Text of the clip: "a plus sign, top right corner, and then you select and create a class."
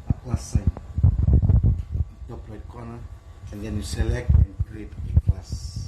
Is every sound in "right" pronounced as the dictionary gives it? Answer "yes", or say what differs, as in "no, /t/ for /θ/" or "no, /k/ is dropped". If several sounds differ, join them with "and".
no, /l/ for /ɹ/